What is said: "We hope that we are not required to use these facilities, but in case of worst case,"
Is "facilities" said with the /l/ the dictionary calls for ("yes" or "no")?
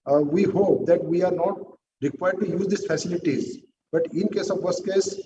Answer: yes